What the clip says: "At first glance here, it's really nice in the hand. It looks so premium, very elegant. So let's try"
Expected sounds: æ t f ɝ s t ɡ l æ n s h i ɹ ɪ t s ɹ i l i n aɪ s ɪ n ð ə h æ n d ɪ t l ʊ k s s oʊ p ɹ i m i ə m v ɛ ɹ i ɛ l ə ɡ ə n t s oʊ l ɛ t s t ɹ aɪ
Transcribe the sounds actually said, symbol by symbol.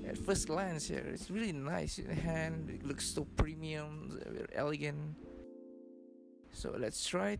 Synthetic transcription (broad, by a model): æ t f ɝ s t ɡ l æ n s h i ɹ ɪ t s ɹ i l i n aɪ s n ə h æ n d ɪ t l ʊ k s s oʊ p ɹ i m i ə m w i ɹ ɛ l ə ɡ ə n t s oʊ l ɛ t s t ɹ aɪ